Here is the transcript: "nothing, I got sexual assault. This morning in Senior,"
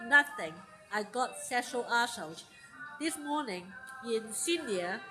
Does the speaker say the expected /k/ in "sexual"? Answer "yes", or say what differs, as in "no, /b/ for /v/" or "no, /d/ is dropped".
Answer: no, /k/ is dropped